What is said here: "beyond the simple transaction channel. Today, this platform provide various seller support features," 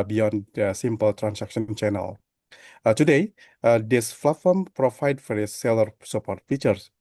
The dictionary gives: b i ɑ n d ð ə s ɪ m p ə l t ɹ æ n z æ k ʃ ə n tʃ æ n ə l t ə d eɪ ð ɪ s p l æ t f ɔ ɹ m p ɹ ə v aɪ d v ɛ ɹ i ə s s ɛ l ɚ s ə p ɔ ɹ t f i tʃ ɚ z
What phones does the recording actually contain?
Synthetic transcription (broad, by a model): b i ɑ n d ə s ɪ m p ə l t ɹ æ n s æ k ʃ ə n tʃ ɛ n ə l t ə d eɪ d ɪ s f l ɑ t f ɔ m p ɹ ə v aɪ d f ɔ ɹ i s s ɛ l ɚ s ə p ɔ ɹ t f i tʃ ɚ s